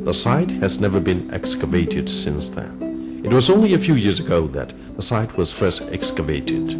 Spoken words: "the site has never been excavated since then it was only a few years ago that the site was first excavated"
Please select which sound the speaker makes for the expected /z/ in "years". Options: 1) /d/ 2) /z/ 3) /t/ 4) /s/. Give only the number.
2